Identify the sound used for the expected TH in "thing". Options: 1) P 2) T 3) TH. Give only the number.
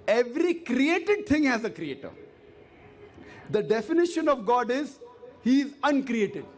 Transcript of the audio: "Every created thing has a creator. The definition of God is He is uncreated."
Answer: 2